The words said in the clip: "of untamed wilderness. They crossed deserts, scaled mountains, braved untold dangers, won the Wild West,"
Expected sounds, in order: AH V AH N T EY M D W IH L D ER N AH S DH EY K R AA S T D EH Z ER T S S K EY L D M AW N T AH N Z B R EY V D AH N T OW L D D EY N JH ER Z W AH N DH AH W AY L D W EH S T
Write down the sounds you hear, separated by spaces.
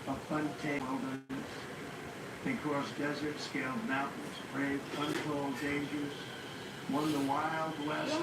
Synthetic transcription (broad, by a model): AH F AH N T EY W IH L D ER AH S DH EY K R AA S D EH Z ER T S S K EY L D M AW T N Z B R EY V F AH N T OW L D D EY N JH ER Z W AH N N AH W AY L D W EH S